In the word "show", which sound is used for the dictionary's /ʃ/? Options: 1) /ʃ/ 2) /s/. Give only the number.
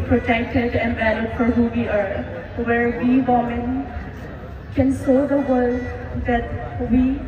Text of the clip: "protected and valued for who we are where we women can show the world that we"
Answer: 2